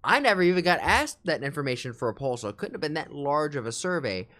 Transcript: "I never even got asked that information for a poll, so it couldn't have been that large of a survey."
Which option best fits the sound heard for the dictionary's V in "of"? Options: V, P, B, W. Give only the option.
V